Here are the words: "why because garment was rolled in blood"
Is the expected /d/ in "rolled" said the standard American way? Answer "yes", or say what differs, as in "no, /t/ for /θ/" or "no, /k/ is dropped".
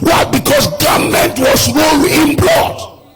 no, /d/ is dropped